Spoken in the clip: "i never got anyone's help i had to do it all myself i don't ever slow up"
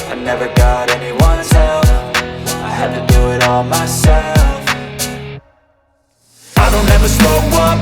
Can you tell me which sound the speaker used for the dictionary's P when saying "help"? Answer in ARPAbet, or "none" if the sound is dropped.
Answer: F